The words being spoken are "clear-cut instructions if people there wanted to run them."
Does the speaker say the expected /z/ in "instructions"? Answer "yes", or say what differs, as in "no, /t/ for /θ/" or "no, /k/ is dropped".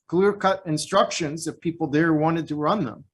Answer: yes